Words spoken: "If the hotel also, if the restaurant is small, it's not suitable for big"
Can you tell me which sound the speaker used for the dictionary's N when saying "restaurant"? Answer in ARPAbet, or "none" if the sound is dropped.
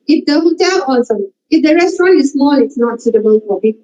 N